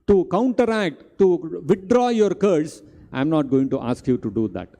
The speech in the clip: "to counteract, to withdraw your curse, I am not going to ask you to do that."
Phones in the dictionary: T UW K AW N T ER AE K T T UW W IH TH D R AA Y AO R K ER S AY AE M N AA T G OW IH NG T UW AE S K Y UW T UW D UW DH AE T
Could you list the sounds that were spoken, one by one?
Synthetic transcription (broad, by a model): T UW K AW N T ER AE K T T UW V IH T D R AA Y AO R K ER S AY M N AA T G OW IH NG T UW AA S K Y UW T UW D UW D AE T